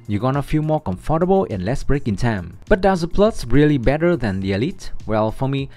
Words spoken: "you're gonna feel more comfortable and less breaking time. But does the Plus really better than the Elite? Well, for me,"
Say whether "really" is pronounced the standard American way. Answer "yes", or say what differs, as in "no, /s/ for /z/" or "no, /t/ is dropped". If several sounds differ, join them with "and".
yes